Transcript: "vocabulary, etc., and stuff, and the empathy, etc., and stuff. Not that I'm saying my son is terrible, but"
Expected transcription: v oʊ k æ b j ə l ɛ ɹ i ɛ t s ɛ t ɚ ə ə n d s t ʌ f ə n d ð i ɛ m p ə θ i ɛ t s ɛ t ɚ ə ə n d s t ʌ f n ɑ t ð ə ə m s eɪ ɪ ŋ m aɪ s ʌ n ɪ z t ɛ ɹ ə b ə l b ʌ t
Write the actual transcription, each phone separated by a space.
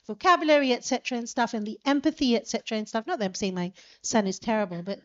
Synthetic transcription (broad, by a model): v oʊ k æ b j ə l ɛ ɹ i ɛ t s ɛ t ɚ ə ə n s t ʌ f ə n ð i ɛ m p ə θ i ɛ t s ɛ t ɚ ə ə n s t ʌ f n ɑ t ð ə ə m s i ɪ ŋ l aɪ s ʌ n ɪ z t ɛ ɹ ə b ə l b ʌ t